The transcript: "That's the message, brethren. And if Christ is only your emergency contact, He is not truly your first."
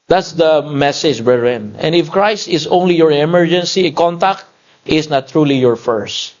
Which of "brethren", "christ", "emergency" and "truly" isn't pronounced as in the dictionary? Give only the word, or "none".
brethren